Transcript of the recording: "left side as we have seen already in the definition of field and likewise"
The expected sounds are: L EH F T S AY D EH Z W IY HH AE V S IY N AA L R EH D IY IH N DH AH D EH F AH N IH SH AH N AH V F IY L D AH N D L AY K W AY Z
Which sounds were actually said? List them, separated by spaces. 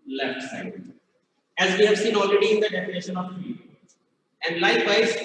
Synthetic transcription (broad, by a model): L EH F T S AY EH Z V IY HH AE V S IY N AA L R EH D IY IH N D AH D EH F AH N IH SH AH N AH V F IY AH N D L AY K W AY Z